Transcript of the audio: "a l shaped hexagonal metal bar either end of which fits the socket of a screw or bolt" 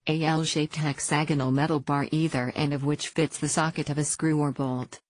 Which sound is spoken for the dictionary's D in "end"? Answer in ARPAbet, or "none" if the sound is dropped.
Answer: none